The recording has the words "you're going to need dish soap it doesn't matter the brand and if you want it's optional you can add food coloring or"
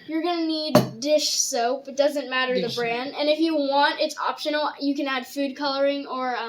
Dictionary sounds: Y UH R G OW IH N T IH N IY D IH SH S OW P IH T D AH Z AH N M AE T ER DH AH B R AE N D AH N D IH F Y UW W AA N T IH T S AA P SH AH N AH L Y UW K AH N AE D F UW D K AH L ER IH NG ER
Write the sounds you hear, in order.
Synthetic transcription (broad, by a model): Y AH R G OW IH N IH N IY D IH SH S OW P IH T D AH Z AH N M AE T ER DH AH B R AE N D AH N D IH F Y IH W AA N T IH T S AA P SH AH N L Y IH K AH N AE D F UW D K AH L ER IH NG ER